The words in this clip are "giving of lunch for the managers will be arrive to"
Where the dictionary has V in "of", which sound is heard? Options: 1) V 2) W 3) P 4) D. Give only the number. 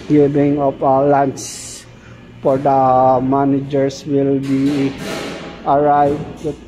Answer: 3